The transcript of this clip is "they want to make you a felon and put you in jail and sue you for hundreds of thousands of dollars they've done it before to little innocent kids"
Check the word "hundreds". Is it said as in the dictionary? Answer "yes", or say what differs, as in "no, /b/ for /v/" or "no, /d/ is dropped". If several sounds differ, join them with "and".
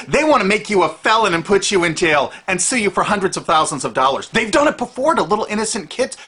yes